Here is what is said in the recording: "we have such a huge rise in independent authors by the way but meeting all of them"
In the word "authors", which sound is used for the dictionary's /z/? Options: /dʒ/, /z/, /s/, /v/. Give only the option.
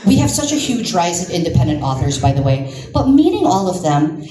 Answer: /z/